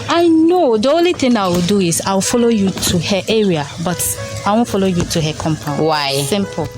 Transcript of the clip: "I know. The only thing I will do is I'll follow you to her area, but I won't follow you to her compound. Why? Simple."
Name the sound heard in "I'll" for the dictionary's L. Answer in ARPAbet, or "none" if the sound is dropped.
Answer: W